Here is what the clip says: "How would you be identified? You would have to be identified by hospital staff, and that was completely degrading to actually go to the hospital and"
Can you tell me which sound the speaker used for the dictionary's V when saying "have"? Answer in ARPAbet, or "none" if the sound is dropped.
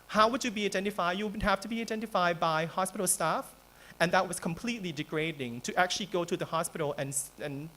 F